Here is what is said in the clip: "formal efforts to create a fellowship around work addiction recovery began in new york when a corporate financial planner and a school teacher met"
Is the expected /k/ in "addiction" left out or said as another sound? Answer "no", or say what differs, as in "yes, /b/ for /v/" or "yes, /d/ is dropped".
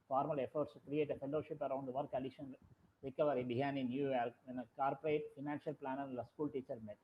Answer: yes, /k/ is dropped